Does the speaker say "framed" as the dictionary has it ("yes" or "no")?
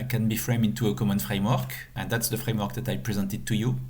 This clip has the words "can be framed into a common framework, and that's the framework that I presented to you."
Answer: no